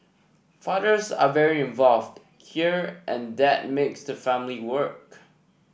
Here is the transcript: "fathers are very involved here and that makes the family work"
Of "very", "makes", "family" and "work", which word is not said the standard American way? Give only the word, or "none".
none